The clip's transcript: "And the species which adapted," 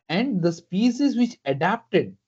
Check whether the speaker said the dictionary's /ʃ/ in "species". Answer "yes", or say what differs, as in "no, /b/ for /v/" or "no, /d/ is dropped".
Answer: no, /s/ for /ʃ/